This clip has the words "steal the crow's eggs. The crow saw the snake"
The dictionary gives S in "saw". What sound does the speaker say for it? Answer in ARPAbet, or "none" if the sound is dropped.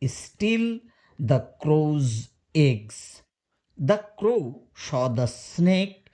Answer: SH